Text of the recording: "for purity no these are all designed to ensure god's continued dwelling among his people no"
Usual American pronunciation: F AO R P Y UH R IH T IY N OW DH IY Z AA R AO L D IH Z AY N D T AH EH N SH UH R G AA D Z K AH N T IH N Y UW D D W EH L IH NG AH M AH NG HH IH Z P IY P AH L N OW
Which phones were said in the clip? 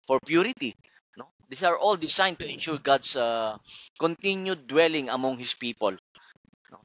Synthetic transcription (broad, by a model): F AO R P Y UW R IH T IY N OW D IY S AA R AO L D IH S AY N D T AH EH N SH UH R G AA D S K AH N T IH N Y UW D D W EH L IH NG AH M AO NG HH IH S P IY P AH L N OW